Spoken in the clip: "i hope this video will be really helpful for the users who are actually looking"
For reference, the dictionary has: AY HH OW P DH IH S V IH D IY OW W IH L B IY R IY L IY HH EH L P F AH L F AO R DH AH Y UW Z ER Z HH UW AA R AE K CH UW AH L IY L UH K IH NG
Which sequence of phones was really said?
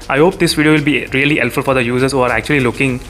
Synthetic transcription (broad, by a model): AY HH OW P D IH S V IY D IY OW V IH L B IY R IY L IY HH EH L F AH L F AO R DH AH Y UW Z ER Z HH UW AA R AE K CH UW AH L IY L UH K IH NG